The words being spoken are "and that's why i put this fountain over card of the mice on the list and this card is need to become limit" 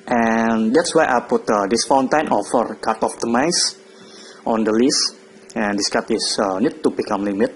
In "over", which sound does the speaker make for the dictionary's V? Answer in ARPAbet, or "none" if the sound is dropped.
F